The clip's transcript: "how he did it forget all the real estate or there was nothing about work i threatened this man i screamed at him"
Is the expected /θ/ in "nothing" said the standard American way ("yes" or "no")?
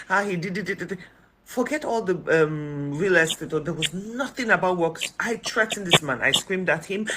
yes